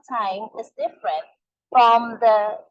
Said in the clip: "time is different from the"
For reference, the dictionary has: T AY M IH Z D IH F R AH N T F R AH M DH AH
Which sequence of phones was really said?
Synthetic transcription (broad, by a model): T AY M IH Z D IH F R AH N T F R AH M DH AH